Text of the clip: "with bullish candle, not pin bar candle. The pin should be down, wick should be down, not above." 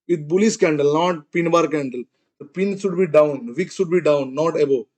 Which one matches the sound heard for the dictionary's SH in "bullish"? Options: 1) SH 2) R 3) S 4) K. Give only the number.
3